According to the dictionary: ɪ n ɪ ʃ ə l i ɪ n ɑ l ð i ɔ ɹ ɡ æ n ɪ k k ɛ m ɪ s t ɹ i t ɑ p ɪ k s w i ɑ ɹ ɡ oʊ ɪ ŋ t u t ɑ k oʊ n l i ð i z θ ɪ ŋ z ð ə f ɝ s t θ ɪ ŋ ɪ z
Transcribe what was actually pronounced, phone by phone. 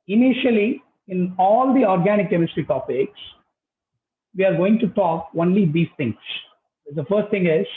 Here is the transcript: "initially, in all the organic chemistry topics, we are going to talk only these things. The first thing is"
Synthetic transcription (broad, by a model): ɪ n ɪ ʃ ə l i ɪ n ɑ l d i ɔ ɹ ɡ æ n ɪ k k ɛ m ɪ s t ɹ i t ɑ p ɪ k s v i ɑ ɹ ɡ oʊ ɪ ŋ t u t ɑ k oʊ n l i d i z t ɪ ŋ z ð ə f ɝ s t t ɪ ŋ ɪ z